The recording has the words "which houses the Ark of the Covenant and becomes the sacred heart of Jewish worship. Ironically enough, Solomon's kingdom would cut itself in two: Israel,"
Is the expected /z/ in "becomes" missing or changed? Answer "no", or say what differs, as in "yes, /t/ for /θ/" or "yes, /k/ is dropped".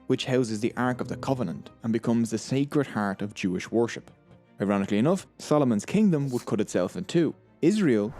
no